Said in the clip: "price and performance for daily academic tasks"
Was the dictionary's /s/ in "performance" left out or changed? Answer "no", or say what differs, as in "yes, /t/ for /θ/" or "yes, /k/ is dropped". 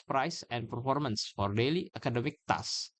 no